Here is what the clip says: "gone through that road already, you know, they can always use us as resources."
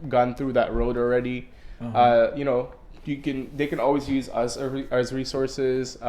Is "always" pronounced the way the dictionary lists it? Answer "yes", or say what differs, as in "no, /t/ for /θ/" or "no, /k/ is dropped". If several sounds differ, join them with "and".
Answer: yes